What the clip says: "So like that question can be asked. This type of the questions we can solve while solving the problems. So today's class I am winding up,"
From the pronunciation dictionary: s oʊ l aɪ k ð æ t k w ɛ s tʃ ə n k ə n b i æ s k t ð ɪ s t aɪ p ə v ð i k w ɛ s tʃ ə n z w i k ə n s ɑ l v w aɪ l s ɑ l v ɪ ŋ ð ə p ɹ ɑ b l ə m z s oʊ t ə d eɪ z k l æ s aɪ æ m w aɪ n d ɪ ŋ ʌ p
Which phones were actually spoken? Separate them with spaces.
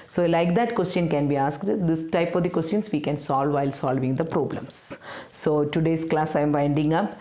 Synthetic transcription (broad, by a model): s oʊ l aɪ k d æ t k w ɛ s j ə n k ə n b i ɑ s k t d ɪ s t aɪ p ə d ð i k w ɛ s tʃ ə n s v i k ə n s ɑ l v aɪ l s ɑ l v ɪ ŋ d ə p ɹ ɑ b l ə m s oʊ t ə d eɪ s k l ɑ s aɪ m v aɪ n d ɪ ŋ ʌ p